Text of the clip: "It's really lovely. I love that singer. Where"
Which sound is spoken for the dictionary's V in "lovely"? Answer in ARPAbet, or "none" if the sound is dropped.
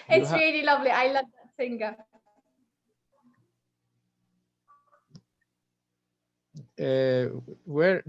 V